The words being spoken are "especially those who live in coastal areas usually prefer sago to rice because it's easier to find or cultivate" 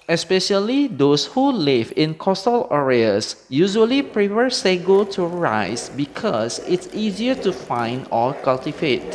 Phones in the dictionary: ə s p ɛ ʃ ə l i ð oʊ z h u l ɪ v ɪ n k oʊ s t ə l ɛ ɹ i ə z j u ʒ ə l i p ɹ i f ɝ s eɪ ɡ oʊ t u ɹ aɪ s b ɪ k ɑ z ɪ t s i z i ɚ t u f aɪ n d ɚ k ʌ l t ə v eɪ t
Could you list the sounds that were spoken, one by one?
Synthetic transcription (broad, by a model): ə s p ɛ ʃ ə l i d oʊ s h u l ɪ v ɪ n k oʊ s t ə l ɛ ɹ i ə s j u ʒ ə l i p ɹ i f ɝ s eɪ ɡ oʊ t u ɹ aɪ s b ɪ k ɑ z ɪ t s i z i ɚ t u f aɪ n d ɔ k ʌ l t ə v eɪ t